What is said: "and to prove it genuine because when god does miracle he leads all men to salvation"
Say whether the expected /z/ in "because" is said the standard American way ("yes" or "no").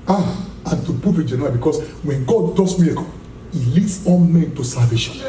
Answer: no